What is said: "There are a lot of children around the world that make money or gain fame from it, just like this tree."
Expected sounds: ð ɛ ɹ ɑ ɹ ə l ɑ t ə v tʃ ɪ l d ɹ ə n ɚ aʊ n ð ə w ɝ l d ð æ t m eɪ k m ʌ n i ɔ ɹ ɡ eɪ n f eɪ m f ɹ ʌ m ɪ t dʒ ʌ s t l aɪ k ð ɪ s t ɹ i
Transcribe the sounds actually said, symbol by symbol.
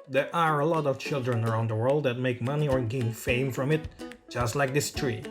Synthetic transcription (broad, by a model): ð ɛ ɹ ɑ ɹ ə l ɑ t ə v tʃ ɪ l d ɹ ə n ɚ aʊ n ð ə w ɝ l d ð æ t m eɪ k m ʌ n i ɔ ɹ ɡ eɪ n f eɪ m f ɹ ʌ m ɪ t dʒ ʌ s t l aɪ k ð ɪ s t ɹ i